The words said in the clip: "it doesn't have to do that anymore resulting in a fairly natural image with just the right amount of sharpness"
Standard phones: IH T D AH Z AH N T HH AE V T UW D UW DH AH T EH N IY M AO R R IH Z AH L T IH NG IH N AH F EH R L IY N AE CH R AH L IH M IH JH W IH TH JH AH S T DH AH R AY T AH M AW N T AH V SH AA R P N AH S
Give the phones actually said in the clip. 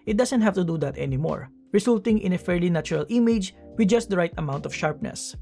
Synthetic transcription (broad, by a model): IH T D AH S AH N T HH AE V T UW D UW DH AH T EH N IY M AO R R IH S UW L T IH NG IH N AH F EH R L IY N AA CH R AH L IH M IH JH W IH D JH AH S T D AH R AY T AH M AW N T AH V SH AA R P N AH S